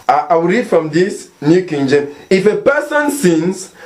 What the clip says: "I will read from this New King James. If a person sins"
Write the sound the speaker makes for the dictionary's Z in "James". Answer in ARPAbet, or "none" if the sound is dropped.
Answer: none